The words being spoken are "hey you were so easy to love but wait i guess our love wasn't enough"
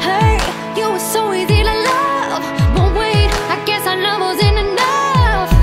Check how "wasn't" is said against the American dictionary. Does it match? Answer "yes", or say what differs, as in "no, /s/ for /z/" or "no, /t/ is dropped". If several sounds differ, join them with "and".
no, /t/ is dropped